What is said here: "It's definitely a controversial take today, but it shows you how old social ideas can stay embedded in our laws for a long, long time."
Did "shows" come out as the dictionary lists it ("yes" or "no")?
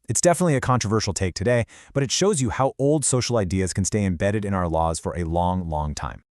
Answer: yes